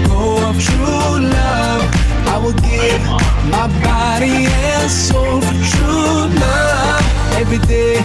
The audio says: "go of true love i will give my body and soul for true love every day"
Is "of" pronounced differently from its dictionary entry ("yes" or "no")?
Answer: yes